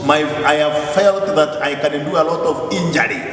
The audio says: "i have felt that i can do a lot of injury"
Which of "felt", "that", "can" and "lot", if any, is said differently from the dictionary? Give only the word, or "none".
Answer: none